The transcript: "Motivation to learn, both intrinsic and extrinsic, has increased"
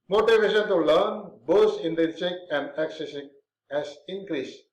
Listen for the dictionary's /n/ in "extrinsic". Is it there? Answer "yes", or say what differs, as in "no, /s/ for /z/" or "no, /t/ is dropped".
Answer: no, /n/ is dropped